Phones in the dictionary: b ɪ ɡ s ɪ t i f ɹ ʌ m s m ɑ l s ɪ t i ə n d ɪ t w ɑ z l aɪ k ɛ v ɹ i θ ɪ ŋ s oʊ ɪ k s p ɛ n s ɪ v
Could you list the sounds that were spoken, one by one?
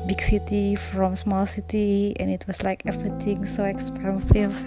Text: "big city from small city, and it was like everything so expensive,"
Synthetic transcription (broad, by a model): b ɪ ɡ s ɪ t i f ɹ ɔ m s m ɑ l s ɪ t i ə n ɪ t w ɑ s l aɪ k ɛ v ɹ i t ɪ ŋ s oʊ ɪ k s p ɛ n s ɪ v